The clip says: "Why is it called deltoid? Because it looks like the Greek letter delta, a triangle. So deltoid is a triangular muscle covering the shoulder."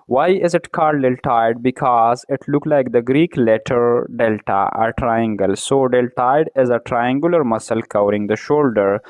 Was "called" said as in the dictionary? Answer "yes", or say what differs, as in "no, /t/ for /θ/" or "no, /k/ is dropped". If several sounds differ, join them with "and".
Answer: no, /l/ is dropped